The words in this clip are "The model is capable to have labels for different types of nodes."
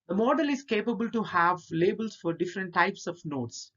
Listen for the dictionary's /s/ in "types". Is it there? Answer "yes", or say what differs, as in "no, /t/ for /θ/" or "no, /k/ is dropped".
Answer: yes